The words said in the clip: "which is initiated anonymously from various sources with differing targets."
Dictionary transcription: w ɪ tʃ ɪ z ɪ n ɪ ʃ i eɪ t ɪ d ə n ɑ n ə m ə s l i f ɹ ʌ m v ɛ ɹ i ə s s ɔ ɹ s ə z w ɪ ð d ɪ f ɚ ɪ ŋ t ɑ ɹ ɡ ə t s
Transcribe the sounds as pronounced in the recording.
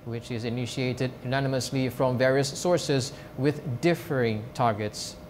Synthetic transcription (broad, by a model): w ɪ tʃ ɪ z ɪ n ɪ ʃ i eɪ t ɪ d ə n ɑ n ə m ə s l i f ɹ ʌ m v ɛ ɹ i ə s s ɔ ɹ s ə z w ɪ ð d ɪ f ɚ ɪ ŋ t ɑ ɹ ɡ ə t s